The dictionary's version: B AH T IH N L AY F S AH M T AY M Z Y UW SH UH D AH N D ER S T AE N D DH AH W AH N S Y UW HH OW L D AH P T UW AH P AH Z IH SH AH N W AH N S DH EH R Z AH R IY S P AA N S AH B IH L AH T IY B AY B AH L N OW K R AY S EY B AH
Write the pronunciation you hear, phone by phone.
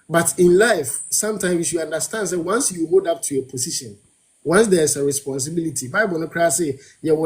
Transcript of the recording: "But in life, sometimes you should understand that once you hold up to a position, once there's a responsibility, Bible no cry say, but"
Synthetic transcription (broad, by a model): B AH T IH N L AY F S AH M T AY M S Y UW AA N D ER S T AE N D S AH W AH N S Y UW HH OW D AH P T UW AH P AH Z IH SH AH N W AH N S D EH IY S AH R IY S P AA N S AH B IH L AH T IY B AY B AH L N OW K R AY S EY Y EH